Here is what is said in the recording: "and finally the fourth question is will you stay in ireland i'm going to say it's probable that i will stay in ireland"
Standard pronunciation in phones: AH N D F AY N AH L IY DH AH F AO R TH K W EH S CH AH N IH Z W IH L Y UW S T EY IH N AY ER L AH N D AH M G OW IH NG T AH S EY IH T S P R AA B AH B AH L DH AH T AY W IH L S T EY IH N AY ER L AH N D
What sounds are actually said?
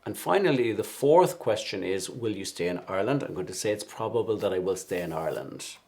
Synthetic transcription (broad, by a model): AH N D F AY N AH L IY DH AH F AO R TH K W EH S CH AH N IH Z W IH L Y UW S T EY IH N AY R L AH N D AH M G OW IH T AH S EY IH T S P R AA B AH B AH L DH AH T AY W IH L S T EY IH N AY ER L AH N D